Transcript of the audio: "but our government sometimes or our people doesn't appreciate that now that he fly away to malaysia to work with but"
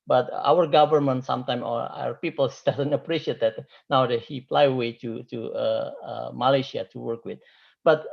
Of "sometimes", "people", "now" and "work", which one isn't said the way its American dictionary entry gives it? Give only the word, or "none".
sometimes